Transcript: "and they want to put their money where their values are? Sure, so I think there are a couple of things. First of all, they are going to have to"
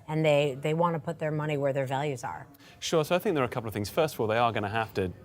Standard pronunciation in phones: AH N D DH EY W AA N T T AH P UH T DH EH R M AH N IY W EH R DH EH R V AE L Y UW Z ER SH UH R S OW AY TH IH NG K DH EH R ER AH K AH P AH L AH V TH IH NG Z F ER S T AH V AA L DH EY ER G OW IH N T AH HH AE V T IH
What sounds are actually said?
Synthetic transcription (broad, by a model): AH N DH DH EY W AA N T T AH P UH T DH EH R M AH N IY W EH R DH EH R V AE L Y UW Z ER SH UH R S OW AY TH IH NG K DH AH R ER AH K AH P L AH V TH IH NG Z F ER S T AH V AA L DH EY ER G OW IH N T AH HH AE F T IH